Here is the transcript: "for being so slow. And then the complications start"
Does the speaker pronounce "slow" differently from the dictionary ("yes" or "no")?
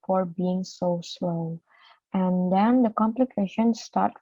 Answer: no